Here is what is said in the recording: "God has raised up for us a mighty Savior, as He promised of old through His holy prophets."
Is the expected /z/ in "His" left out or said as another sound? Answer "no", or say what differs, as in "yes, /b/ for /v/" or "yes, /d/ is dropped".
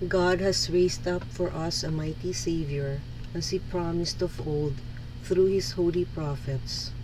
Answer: yes, /s/ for /z/